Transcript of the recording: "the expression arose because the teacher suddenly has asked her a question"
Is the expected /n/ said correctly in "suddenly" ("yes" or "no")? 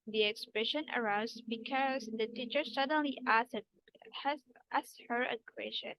yes